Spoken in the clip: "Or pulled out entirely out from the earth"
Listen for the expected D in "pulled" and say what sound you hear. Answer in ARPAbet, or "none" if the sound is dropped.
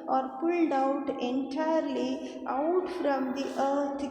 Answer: D